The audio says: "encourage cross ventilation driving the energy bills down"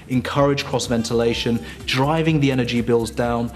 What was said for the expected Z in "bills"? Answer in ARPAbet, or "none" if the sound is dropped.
Z